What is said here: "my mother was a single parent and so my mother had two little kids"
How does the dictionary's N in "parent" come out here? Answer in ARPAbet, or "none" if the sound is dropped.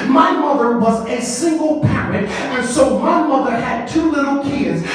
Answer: none